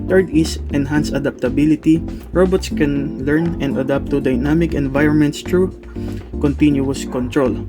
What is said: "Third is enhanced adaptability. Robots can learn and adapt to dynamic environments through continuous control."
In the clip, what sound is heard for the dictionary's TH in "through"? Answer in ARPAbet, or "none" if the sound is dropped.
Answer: T